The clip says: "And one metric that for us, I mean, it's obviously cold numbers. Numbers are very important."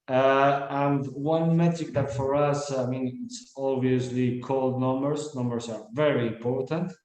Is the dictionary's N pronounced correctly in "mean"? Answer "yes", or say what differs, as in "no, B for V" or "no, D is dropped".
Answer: yes